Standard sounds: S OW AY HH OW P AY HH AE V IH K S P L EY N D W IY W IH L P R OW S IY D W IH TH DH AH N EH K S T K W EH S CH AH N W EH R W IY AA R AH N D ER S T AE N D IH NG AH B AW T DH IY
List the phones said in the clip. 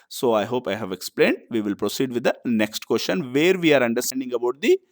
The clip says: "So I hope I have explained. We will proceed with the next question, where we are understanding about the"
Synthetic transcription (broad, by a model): S OW AY HH OW P AY HH AE V IH K S P L EY N D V IY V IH L P R OW S IY D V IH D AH N EH K S T K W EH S SH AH N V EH R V IY AA R AH N D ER S T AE N D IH NG AH B AW T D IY